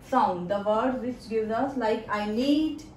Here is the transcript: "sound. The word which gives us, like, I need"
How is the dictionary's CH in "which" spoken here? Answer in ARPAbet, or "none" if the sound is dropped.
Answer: S